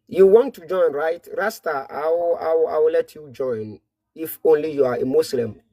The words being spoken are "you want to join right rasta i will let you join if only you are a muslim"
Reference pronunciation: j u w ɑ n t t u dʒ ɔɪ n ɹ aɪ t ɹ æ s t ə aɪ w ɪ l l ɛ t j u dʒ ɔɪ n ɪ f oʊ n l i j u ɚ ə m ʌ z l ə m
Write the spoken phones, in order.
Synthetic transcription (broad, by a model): j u w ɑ n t t u dʒ ɔɪ n ɹ aɪ t ɹ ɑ s t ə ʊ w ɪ w l ɛ t j u dʒ ɔɪ n ɪ f oʊ n l i j u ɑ ə m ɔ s l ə m